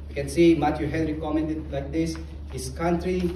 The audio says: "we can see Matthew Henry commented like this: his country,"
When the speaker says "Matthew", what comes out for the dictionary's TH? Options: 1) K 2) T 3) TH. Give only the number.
2